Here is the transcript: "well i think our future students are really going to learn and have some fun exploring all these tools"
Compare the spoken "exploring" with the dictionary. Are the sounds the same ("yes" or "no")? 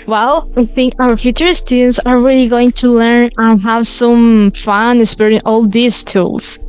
no